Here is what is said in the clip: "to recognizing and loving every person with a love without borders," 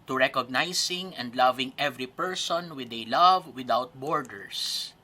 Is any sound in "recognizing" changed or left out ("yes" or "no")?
yes